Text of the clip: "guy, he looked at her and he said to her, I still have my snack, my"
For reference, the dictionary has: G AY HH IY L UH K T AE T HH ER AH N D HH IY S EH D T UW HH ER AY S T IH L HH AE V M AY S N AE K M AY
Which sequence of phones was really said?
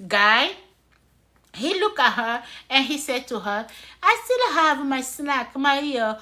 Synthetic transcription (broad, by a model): G AY HH IY L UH K AA HH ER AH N HH IY S EH D T UW HH ER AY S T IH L HH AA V M AY S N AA K M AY